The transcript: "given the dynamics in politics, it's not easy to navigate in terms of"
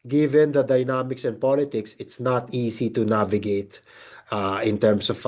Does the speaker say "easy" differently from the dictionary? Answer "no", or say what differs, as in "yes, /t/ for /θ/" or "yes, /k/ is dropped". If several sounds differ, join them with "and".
yes, /s/ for /z/